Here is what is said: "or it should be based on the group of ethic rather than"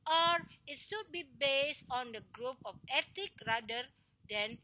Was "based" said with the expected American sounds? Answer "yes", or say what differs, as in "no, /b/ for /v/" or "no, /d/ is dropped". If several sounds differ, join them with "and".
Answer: yes